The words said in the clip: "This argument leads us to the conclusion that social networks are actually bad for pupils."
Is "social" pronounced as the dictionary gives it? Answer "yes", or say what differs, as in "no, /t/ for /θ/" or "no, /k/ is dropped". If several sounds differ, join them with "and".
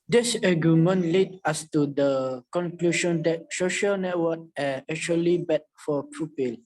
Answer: yes